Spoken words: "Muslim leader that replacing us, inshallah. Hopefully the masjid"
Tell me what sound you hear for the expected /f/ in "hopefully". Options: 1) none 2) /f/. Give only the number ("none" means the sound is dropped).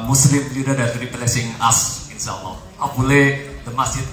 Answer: 1